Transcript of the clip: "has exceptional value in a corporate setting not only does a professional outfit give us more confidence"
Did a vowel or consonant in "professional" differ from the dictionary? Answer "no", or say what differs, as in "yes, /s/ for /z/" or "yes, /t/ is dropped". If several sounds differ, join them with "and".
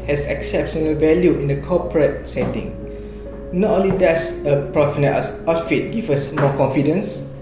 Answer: yes, /ʃ/ is dropped